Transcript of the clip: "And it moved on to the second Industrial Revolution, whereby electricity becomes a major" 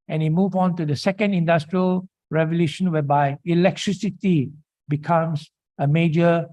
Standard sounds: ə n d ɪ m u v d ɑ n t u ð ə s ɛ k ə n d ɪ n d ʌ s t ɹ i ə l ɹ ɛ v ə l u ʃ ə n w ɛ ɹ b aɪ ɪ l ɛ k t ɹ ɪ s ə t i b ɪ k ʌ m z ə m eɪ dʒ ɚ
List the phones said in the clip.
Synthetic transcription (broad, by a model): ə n ɪ m u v ɑ n t u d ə s ɛ k ə n d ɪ n d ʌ s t ɹ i ə l ɹ ɛ v ə l u ʃ ə n w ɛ b aɪ ɪ l ɛ k t ɹ ɪ s ə t i b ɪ k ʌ m s ə m eɪ dʒ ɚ